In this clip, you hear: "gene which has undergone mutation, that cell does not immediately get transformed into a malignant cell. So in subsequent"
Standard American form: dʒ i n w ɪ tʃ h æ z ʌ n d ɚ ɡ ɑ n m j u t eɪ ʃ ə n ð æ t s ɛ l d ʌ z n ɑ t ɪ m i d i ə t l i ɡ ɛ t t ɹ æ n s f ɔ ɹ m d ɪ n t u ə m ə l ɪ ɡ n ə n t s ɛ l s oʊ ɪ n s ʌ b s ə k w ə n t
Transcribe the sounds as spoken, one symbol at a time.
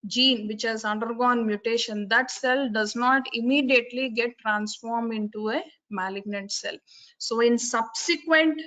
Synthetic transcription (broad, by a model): dʒ i n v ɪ tʃ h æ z ʌ n d ɚ ɡ ɑ n m j u t eɪ ʃ ə n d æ t s ɛ l d ʌ z n ɑ t ɪ m i d i ə t l i ɡ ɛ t t ɹ æ n s f ɔ ɹ m d ɪ n t u ə m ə l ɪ ɡ n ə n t s ɛ l s oʊ ɪ n s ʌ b s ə k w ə n t